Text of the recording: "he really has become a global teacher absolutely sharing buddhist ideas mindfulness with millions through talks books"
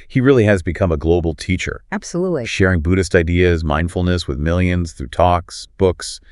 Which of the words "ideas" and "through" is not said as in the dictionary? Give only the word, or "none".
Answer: none